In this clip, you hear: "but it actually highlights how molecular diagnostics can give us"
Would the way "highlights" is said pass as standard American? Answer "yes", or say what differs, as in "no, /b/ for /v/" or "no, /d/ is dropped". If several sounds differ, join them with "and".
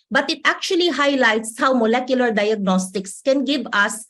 yes